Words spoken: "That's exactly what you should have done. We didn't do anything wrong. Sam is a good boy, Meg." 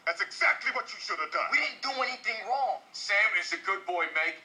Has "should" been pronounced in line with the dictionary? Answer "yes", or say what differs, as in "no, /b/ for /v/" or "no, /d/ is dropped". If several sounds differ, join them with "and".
yes